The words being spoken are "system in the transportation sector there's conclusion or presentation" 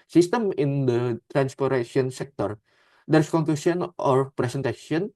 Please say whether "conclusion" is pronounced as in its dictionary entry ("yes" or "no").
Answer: no